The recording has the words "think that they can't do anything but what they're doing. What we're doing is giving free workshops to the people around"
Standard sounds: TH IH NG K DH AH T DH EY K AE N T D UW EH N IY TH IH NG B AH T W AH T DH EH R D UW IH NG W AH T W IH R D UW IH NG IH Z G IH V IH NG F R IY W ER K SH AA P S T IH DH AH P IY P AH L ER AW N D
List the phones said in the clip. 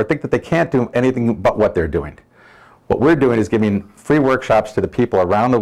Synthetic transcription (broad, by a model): TH IH NG K DH AH T DH EY K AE N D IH EH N IY TH IH NG B AH T W AH T DH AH R D UW IH NG W AH T W IH R D UW IH NG IH Z G IH V IH NG F R IY W ER K SH AA P S T IH DH AH P IY P L ER AW N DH